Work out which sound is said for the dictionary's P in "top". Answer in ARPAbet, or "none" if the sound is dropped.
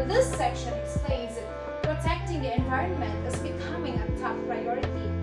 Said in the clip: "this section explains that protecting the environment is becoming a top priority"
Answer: F